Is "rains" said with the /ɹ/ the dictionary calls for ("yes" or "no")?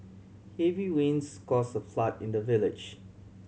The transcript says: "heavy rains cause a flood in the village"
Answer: no